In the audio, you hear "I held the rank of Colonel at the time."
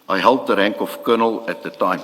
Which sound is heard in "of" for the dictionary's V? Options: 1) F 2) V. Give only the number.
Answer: 1